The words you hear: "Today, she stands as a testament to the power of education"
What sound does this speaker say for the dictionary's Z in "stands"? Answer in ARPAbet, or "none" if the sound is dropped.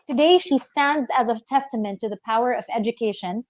Z